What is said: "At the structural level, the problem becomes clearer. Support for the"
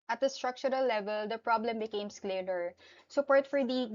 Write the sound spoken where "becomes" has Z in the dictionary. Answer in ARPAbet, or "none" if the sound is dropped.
S